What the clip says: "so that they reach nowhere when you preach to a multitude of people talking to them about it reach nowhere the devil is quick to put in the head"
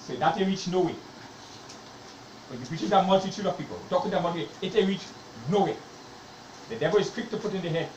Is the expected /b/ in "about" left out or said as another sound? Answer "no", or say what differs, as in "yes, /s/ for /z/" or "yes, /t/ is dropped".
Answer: yes, /b/ is dropped